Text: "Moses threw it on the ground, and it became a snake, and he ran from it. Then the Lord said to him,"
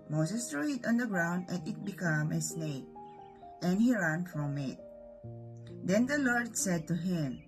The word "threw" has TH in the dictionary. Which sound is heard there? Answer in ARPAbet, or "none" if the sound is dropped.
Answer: T